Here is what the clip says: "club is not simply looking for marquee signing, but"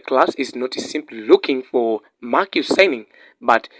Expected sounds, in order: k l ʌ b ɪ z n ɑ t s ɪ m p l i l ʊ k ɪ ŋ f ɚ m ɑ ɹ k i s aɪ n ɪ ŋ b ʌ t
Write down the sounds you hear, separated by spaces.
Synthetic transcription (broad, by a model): k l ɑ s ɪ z n ɑ t s ɪ m p l i l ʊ k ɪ ŋ f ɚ m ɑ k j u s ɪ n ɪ ŋ b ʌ t